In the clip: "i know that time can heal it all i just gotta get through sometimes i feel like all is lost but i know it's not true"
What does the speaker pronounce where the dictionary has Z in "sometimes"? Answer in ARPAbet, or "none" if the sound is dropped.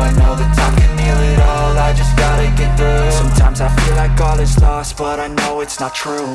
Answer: Z